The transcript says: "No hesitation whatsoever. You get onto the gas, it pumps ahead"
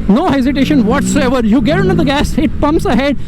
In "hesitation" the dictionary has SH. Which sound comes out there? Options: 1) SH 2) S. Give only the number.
1